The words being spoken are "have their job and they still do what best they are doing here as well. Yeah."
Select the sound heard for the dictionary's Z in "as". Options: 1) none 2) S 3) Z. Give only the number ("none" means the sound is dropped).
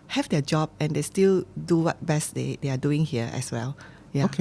2